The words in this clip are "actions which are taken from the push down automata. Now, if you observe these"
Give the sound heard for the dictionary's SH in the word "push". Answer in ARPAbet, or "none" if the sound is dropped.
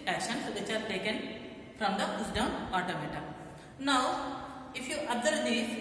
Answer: S